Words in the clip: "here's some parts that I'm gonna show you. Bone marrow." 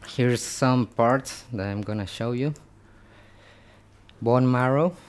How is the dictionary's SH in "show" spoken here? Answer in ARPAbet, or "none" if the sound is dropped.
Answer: SH